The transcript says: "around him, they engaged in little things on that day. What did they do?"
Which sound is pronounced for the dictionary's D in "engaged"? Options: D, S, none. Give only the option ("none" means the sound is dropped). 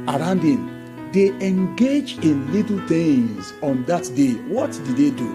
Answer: none